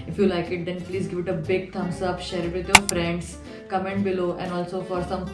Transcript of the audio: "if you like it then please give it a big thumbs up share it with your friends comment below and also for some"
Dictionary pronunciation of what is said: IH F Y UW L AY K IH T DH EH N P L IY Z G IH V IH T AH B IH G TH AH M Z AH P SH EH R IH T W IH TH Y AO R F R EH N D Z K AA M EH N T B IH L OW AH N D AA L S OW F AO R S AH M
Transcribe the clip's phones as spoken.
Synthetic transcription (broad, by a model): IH F Y UW L AY K IH T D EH N P L IY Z G IH V IH T AH B IH G T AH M S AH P SH EH R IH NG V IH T Y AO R F R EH N D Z K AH M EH N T B IH L OW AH N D AA L S OW F AO R S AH M